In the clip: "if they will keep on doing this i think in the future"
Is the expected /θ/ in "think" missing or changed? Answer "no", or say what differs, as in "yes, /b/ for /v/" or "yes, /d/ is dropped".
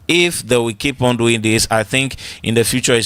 no